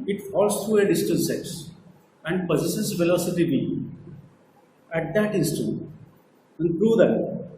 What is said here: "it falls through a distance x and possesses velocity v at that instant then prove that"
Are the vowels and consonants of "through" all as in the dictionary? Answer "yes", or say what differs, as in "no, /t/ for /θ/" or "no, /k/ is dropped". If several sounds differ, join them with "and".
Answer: no, /t/ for /θ/